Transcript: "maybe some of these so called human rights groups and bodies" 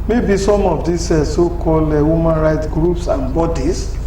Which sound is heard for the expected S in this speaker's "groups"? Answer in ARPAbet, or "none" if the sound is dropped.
S